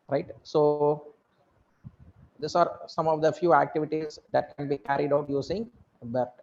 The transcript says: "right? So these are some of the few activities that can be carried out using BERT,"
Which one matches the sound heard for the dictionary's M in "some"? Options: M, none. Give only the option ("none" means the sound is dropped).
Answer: M